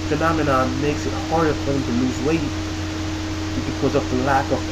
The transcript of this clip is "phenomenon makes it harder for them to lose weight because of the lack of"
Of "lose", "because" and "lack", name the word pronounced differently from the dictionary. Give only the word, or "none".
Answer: none